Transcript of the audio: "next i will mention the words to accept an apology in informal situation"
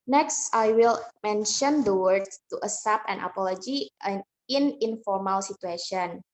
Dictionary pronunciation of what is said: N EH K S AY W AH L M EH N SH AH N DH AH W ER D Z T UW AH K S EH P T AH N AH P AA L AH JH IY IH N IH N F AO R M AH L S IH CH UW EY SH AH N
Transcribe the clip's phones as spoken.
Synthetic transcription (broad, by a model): N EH K S AY W AH L M EH N SH AH N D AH W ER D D T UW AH S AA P AH N AH P AA L AH JH IY IH N IH N F AO R M AH L S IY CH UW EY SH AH N